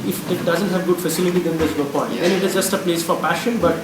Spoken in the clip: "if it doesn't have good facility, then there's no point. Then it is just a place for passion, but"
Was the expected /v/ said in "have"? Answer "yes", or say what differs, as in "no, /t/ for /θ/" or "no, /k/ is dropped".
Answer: yes